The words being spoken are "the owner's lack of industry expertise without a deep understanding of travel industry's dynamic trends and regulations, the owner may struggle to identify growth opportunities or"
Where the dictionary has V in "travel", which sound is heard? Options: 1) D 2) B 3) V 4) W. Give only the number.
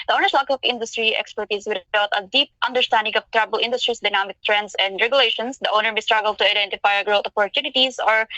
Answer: 2